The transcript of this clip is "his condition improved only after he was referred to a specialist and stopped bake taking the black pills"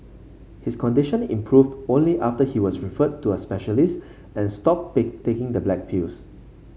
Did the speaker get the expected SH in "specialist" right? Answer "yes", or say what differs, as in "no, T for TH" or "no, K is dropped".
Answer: yes